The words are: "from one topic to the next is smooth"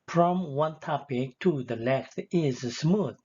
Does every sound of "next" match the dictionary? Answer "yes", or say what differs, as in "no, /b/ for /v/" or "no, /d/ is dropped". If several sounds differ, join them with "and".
no, /l/ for /n/